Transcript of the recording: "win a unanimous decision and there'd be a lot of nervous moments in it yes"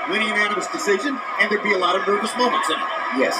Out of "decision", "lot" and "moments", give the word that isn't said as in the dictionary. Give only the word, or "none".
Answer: none